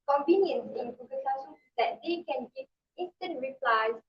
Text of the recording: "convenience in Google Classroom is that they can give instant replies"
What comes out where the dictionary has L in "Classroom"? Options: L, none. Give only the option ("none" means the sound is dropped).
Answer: none